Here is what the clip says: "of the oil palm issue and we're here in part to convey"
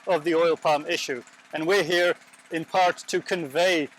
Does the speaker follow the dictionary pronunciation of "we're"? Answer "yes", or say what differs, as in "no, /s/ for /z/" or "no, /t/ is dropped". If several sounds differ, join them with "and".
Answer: yes